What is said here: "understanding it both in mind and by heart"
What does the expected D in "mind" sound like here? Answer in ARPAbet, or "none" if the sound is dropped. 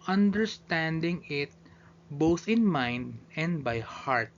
D